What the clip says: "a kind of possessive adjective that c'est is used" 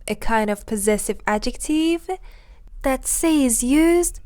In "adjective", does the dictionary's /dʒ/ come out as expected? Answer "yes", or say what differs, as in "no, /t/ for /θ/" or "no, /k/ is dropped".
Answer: yes